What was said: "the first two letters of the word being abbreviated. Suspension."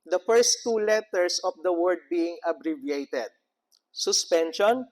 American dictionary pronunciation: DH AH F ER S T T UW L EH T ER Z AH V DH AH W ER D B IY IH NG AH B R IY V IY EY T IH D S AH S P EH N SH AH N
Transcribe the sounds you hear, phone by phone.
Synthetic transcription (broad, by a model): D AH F ER S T T UW L EH T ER S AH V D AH W ER D B IY IH NG AH B R IY V IY EY T IH D S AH S P EH N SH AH N